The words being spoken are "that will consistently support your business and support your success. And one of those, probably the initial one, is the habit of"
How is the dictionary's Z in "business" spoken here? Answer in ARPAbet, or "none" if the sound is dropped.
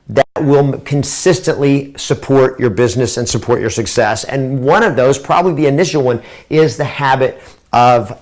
Z